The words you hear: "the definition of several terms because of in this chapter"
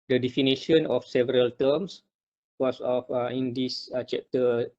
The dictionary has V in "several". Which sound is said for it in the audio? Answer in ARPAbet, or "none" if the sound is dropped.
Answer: V